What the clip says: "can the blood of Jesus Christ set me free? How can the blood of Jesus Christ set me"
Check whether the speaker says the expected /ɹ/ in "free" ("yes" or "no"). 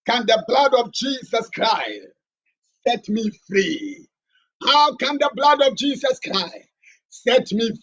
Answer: yes